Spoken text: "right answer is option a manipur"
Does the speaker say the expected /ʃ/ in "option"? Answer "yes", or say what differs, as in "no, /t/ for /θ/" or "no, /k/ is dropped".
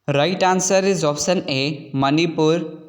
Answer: no, /s/ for /ʃ/